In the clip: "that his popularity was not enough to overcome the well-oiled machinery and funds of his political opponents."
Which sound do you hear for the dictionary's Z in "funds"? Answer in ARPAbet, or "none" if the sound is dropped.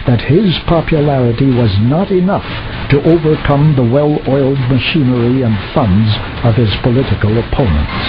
Z